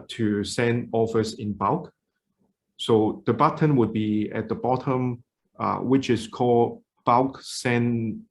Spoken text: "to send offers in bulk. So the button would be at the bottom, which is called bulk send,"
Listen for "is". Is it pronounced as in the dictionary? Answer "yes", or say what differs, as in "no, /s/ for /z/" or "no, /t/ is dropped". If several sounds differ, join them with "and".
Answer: no, /s/ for /z/